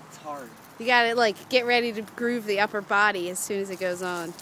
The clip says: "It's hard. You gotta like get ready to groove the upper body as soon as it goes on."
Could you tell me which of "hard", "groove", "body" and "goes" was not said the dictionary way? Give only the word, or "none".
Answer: none